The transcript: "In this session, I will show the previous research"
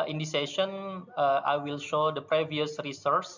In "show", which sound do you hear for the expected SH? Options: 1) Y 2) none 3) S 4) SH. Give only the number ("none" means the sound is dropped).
4